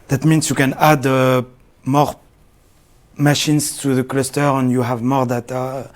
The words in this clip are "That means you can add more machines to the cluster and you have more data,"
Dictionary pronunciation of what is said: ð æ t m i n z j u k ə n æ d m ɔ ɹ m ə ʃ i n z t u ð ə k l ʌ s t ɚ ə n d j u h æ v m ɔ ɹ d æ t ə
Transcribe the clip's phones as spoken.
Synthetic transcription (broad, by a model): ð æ t m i n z j u k ə n æ d m ɔ ɹ m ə ʃ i n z t u ð ə k l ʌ s t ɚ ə n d j u h æ v m ɔ ɹ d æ t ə